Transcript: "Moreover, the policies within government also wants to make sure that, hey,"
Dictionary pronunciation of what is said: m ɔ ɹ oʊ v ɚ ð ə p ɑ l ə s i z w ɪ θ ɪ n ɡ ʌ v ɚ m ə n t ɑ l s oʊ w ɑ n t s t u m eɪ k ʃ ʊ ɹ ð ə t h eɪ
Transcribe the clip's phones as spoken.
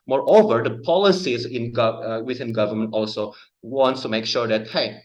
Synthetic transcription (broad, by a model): m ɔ ɹ oʊ v ɚ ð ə p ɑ l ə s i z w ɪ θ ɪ n ɡ ʌ v ɚ m ə n t ɑ l s oʊ w ɑ n t s t u m eɪ k ʃ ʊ ɹ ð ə t h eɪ